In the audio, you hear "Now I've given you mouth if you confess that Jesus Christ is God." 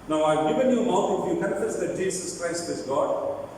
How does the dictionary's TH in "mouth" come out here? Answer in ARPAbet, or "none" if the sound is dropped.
T